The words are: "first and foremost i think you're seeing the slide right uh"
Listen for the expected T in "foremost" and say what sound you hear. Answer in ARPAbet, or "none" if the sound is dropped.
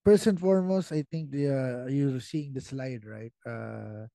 T